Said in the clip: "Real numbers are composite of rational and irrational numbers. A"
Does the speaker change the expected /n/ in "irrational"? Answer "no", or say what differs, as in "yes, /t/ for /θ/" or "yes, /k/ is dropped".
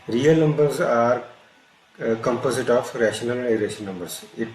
yes, /n/ is dropped